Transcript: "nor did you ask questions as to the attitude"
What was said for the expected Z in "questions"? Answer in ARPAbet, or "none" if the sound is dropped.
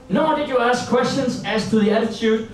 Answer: S